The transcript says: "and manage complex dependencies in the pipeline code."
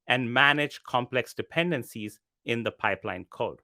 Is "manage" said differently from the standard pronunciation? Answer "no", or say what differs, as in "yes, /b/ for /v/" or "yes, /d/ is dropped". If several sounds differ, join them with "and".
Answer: no